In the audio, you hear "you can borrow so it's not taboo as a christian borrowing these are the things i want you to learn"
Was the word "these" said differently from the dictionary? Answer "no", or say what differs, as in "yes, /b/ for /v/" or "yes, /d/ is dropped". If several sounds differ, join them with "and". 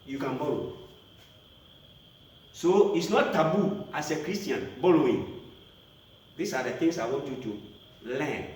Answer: yes, /s/ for /z/